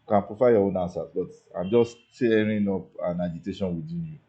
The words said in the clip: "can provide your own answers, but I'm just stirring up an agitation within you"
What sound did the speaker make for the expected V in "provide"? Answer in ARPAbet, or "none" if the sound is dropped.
F